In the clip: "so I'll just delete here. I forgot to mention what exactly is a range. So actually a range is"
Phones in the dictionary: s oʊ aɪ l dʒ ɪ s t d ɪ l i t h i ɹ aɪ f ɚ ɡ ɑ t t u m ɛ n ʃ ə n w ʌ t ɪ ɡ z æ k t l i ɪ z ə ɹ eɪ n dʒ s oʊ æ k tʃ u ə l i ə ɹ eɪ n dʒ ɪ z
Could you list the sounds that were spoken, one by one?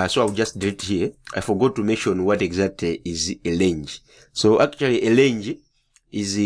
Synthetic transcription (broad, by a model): s oʊ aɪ w dʒ ɪ s t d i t h i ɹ aɪ f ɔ ɡ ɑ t t u m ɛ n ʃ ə n w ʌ t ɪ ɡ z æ k t l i ɪ z ə l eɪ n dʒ s oʊ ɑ k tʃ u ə l i ə l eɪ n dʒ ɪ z